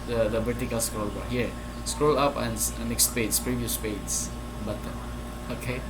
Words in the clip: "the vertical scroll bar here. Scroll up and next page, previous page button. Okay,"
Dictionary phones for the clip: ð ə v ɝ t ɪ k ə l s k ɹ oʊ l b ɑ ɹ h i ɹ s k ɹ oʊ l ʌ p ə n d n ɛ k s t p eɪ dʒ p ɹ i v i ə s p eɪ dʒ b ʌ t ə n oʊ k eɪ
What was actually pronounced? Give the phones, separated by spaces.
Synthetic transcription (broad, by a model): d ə b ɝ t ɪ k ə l s k ɹ oʊ l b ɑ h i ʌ s k ɹ oʊ l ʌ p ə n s n ɛ k s t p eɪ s p ɹ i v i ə s p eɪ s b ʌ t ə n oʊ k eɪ